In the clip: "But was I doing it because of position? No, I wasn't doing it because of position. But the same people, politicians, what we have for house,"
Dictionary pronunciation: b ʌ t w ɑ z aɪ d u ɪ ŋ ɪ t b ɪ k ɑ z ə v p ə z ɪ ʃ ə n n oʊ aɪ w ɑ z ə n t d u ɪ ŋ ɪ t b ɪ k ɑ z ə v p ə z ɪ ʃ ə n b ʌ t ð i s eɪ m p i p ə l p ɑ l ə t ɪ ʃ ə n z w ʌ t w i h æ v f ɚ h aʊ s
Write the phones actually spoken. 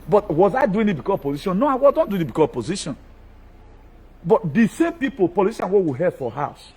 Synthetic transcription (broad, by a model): b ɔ t w ɑ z aɪ d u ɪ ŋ ɪ t b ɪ k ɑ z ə p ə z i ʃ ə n n oʊ aɪ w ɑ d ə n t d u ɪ ɪ t b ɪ k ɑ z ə p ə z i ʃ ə n b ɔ t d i s eɪ m p i p ə l p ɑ l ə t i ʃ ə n w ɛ w i h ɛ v f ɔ h aʊ s